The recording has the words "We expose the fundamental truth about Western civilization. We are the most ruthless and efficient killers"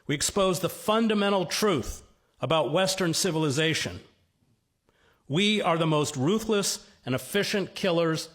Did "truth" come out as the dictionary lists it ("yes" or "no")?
yes